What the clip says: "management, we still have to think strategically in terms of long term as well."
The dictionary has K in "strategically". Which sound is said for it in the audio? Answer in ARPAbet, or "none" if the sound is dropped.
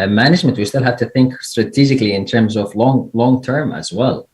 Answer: K